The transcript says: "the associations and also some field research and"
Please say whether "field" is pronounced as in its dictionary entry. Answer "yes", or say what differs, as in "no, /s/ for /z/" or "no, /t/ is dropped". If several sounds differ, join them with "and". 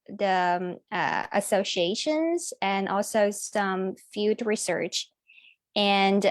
no, /l/ is dropped